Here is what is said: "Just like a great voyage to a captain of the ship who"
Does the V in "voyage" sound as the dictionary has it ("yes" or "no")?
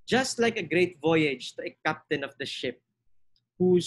yes